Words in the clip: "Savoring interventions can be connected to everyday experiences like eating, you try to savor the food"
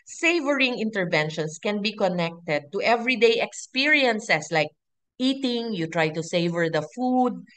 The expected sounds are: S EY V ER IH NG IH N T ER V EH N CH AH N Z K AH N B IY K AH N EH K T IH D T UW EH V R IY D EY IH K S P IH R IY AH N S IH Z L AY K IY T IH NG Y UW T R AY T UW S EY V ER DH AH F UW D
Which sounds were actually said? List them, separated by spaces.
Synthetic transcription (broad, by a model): S EY V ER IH NG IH N T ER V EH N SH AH N S K AH N B IY K AH N EH K T IH D T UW EH V R IY D EY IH K S P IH R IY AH N S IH S L AY K IY T IH NG Y UW T R AY T UW S EY V ER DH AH F UW D